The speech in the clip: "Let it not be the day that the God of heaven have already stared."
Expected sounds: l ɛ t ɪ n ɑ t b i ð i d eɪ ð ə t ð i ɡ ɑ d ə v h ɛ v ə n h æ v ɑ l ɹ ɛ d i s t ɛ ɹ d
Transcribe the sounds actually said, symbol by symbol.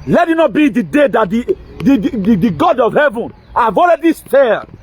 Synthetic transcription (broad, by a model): l ɛ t ɪ n ɑ t b i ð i d eɪ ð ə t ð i ɡ ɑ d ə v h ɛ v ə n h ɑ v ɑ l ɹ ɛ d i s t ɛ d